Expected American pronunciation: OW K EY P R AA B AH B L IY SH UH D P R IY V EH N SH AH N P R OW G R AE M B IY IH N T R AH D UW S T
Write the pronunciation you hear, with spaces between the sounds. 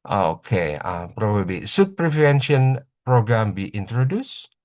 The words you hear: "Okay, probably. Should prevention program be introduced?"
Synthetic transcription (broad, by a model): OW K EY P R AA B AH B L IY S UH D P R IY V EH N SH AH N P R OW G R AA M B IY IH N T R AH D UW S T